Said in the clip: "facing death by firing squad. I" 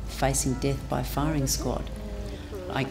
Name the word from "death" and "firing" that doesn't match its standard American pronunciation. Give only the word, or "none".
none